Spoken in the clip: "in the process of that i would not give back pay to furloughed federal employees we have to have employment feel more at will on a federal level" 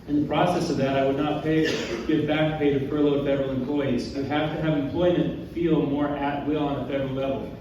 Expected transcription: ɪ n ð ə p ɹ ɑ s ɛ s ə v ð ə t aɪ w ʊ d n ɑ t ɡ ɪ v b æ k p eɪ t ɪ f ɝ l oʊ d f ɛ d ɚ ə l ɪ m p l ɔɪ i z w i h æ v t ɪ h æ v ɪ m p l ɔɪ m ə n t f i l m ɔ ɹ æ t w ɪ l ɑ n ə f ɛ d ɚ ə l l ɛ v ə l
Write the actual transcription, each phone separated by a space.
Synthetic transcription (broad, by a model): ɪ n ð ə p ɹ ɑ s ɛ s ə v ð ə t aɪ w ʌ d n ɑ t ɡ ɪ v b æ k p eɪ t ɪ p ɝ l oʊ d f ɛ d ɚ l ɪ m p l ɔɪ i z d h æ f t ɪ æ v ɪ m p l ɔɪ m ə n t f i l m ɔ ɹ æ t w ɪ l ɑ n ə f ɛ d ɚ l l ɛ v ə l